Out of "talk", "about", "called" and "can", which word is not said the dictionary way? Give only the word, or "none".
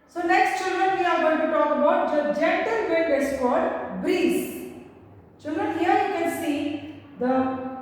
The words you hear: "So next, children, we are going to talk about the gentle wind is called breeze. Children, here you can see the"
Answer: called